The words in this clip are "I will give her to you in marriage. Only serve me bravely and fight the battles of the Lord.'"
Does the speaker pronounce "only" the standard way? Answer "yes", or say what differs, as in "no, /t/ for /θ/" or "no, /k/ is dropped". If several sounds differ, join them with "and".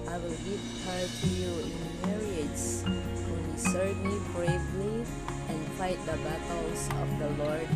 no, /l/ is dropped